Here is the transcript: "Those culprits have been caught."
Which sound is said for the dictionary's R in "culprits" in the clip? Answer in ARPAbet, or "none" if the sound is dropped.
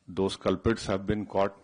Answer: none